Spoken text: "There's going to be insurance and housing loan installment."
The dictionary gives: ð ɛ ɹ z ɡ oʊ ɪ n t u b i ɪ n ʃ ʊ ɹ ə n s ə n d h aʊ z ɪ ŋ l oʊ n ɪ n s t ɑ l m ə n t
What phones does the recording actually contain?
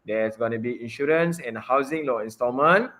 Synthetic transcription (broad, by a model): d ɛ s ɡ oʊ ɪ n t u b i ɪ n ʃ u ɹ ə n s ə n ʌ h aʊ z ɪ ŋ l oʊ ɪ n s t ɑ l m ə n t